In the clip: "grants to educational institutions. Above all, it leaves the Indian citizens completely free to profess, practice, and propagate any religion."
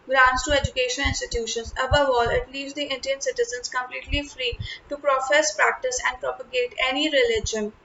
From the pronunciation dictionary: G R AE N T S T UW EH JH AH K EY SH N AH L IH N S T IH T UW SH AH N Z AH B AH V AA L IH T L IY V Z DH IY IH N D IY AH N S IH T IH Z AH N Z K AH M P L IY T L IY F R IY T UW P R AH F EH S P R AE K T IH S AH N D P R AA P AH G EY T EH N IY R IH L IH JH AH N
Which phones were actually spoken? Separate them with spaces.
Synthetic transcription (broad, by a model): G R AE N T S T UW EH JH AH K EY SH AH N IH N S T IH T UW SH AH N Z AH B AH V AA L IH T L IY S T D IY IH N D IY AH N S IH T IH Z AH N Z K AH M P L IY T L IY F R IY T UW P R AH F EH S P R AE K T IH S AH N D P R AA P AH G EY T EH N IY R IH L IH JH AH N